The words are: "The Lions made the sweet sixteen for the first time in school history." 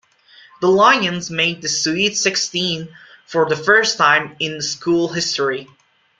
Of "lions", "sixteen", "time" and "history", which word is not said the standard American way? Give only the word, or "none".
none